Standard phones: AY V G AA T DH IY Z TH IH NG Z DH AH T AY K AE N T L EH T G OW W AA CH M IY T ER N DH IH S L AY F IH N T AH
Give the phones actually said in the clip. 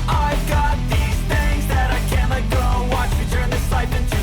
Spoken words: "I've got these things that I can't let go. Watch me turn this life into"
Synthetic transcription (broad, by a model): AY V G AA T DH IY Z TH IH NG Z DH AH T AY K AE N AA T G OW W AA CH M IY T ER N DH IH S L AY P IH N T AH